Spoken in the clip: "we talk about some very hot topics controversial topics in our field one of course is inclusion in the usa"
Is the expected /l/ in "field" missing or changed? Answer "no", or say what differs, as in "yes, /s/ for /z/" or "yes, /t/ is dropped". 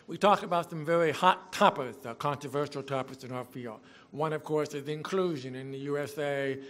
no